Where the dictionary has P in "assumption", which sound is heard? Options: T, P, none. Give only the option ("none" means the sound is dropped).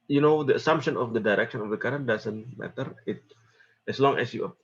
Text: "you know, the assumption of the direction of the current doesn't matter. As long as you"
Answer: P